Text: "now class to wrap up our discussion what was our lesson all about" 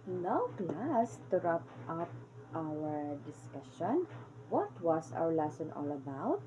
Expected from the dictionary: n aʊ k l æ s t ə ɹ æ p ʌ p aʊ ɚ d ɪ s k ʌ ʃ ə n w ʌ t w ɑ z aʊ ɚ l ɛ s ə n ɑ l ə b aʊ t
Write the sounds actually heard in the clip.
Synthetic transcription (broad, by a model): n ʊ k l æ s t ə ɹ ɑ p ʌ p aʊ ɚ d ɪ s k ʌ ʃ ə n w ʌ t w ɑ s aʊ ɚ l ɛ s ə n ɑ l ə b aʊ t